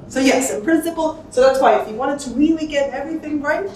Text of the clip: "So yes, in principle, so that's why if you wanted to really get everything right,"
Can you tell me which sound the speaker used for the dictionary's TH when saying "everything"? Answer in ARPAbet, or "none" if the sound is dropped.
TH